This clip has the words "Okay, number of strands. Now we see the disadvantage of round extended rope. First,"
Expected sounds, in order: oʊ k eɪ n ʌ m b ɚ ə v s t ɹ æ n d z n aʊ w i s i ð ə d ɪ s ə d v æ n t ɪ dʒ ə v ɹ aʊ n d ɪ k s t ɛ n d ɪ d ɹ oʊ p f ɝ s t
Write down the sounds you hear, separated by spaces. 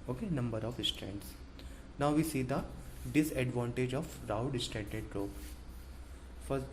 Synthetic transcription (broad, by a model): oʊ k eɪ n ʌ m b ɚ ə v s t ɹ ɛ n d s n aʊ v i s i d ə d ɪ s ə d v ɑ n t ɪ dʒ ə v ɹ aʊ d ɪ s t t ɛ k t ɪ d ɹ oʊ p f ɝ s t